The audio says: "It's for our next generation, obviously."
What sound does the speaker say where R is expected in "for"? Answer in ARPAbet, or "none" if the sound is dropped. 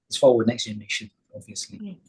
W